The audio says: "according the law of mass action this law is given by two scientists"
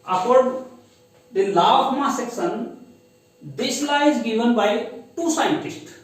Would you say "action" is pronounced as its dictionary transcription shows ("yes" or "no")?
no